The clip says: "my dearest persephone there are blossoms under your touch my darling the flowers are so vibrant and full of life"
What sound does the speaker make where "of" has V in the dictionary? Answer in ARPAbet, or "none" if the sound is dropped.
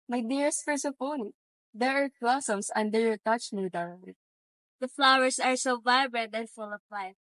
P